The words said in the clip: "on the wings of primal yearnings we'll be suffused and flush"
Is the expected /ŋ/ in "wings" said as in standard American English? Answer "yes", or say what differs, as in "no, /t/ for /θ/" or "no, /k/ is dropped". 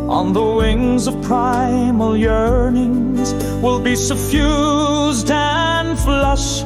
yes